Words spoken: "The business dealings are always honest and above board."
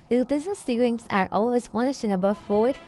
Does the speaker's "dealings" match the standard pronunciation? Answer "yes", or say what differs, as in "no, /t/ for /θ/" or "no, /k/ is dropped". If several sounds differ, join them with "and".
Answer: no, /l/ is dropped